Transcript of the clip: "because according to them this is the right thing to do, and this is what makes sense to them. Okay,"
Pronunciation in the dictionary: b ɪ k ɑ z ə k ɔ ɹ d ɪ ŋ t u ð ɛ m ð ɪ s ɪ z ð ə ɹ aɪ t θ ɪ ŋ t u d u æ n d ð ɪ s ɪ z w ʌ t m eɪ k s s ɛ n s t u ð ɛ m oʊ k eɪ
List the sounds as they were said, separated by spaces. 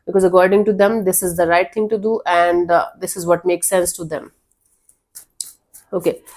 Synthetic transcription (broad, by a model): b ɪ k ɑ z ə k ɔ ɹ d ɪ ŋ t u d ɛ m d ɪ s ɪ z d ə ɹ aɪ t t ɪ ŋ t u d u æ n d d ɪ s ɪ z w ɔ t m eɪ k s s ɛ n s t u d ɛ m oʊ k eɪ